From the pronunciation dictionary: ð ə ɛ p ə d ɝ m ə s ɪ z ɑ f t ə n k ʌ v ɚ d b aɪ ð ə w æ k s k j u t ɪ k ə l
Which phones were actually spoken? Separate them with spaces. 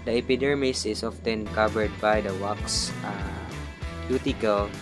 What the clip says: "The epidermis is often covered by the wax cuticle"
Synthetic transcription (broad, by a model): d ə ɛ p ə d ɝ m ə s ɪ s ɑ f t ə n k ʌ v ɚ d b aɪ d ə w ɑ k s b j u t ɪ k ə l